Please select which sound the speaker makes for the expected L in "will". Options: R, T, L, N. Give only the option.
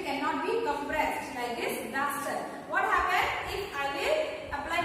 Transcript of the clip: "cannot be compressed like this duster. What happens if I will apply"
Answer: N